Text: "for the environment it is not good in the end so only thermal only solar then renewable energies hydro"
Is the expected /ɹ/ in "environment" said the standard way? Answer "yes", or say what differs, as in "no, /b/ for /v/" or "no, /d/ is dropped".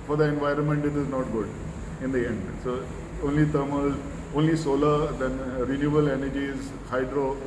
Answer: yes